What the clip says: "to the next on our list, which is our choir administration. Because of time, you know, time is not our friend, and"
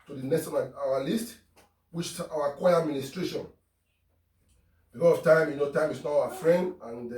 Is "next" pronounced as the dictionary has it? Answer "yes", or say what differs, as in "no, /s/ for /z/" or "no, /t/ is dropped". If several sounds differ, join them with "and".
no, /k/ is dropped